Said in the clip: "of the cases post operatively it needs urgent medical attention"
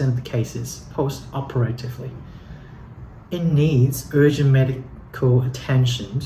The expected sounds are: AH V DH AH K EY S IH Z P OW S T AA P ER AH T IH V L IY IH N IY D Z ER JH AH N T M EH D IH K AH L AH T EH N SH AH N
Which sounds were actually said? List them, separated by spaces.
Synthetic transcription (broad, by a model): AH V DH AH K EY S IH Z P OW S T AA P ER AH T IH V L IY IH N IY D Z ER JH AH N M EH D IH K AH L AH T EH N SH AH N